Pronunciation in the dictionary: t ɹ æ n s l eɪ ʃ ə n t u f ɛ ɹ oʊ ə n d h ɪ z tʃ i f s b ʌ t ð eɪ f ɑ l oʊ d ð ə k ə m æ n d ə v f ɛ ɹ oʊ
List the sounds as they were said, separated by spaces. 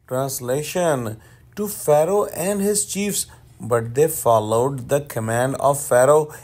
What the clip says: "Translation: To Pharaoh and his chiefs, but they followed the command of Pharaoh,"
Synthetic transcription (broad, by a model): t ɹ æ n s l eɪ ʃ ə n t u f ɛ ɹ oʊ ə n d h ɪ z tʃ i f s b ʌ t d eɪ f ɑ l oʊ d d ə k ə m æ n d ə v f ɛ ɹ oʊ